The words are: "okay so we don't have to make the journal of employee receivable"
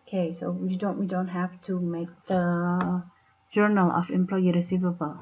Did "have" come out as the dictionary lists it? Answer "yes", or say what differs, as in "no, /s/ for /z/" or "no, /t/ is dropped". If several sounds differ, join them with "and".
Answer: no, /f/ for /v/